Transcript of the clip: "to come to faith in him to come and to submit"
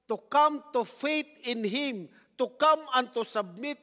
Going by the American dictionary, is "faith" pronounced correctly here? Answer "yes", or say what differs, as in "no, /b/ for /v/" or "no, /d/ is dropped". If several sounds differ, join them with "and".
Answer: no, /t/ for /θ/